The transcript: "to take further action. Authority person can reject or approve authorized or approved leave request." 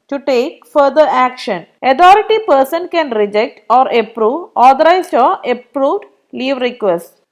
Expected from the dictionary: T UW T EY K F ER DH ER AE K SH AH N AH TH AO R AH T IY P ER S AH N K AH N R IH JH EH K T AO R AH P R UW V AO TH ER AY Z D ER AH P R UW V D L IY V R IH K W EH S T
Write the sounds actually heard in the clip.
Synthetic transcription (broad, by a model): T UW T EY K F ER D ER AE K SH AH N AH T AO R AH T IY P ER S AH N K AH N R IH JH EH K T AO R AH P R UW V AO T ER AY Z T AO AH P R UW V D L IY V R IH K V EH S T